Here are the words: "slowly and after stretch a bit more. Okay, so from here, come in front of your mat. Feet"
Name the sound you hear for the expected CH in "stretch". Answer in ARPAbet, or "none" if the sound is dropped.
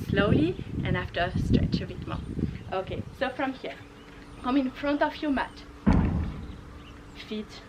CH